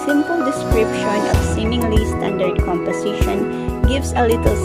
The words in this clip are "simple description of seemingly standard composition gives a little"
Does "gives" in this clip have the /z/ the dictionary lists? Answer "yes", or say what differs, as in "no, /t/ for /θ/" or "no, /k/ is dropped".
no, /s/ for /z/